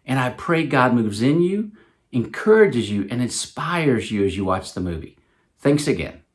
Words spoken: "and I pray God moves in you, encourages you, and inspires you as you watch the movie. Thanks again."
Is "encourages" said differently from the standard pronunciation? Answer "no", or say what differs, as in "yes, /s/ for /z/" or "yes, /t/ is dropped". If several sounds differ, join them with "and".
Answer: no